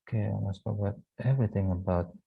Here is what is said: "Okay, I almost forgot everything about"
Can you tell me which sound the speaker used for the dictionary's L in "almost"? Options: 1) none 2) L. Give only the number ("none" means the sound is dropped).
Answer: 1